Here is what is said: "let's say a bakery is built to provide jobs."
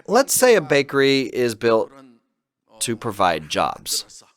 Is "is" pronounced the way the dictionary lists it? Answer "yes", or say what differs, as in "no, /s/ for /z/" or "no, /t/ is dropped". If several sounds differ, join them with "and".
yes